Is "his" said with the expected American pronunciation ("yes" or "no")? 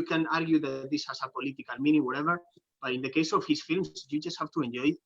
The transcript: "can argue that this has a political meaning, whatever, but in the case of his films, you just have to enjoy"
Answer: no